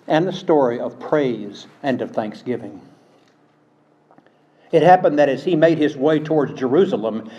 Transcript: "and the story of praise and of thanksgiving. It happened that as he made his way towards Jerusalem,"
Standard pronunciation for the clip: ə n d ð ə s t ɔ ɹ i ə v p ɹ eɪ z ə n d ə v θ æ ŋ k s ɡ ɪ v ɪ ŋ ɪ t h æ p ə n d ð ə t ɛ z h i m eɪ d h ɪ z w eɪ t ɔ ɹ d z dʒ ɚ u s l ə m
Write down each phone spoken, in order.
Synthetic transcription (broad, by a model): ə n ð ə s t ɔ ɹ i ə v p ɹ eɪ z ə n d ə v θ æ ŋ k s ɡ ɪ v ɪ ŋ ɪ t h æ p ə n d ð ə t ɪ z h i m eɪ d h ɪ z w eɪ t ɔ ɹ d z dʒ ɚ u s l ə m